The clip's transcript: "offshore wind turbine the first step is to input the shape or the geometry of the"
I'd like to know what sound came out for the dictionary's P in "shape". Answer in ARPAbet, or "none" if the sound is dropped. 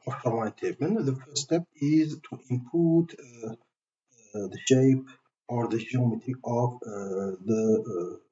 P